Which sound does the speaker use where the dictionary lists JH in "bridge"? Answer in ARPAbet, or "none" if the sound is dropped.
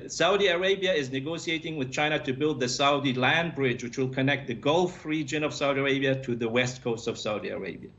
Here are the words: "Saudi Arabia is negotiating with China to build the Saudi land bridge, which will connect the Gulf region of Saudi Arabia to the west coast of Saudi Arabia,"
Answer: JH